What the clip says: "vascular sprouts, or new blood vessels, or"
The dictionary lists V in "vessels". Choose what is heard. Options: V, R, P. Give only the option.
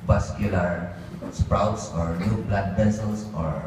P